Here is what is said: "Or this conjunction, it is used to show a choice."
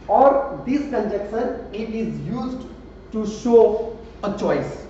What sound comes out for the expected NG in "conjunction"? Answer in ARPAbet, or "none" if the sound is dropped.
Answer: none